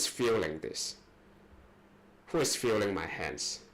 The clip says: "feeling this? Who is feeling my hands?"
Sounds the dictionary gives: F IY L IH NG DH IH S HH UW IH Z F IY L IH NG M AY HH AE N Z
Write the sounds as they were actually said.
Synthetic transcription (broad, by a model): F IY L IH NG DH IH S HH UW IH S F IY L IH NG M AY HH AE N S